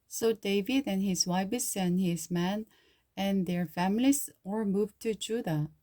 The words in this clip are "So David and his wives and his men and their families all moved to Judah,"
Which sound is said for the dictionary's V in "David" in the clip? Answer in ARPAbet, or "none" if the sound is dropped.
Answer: V